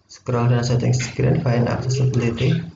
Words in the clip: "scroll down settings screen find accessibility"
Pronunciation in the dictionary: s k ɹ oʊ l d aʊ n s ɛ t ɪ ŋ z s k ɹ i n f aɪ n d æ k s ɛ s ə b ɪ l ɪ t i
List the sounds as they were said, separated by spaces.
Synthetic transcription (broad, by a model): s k ɹ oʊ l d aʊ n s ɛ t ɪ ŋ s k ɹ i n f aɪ n ɑ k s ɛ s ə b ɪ l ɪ t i